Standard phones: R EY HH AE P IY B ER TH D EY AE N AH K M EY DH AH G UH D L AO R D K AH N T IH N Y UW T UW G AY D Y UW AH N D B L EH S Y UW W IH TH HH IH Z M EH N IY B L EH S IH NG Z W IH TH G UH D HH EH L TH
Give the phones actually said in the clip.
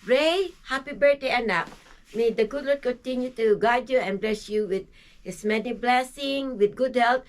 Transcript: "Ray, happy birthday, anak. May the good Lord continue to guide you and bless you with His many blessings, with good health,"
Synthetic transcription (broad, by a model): R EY HH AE P IY B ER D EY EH N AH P M EY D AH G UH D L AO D K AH N T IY N Y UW T UW G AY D Y UW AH N B L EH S Y UW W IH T HH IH S M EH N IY B L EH S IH NG W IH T G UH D HH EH L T